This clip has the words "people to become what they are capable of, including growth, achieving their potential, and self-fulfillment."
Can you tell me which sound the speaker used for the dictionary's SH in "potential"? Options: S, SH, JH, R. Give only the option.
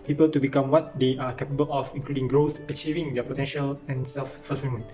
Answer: SH